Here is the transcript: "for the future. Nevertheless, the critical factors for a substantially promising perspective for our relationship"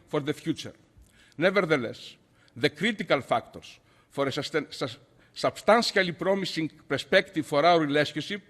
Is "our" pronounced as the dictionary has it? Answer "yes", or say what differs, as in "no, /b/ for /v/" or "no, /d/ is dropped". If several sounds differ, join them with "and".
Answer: no, /w/ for /ɹ/